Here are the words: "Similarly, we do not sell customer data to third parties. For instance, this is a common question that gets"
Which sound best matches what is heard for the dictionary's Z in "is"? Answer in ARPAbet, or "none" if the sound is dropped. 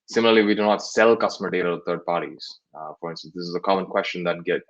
Z